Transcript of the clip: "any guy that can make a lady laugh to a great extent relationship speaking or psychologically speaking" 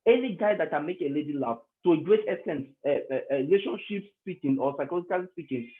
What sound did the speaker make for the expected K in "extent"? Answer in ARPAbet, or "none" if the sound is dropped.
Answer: none